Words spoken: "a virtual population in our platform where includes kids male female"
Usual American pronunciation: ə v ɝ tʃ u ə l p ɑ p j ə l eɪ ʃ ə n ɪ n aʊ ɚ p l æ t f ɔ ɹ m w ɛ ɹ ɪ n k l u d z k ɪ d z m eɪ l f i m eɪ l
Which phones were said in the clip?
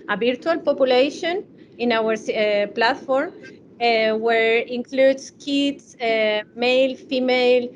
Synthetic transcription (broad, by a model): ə b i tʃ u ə l p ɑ p j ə l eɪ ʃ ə n ɪ n aʊ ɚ p l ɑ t f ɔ ɹ m w ɛ ɹ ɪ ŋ k l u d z k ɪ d s m eɪ l f i m eɪ l